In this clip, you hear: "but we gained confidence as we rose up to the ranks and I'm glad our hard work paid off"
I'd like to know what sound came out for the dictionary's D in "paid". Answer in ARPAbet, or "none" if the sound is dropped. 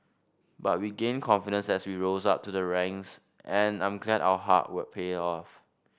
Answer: none